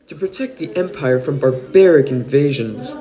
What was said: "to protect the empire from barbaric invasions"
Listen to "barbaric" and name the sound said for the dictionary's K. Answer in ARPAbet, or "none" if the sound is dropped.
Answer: K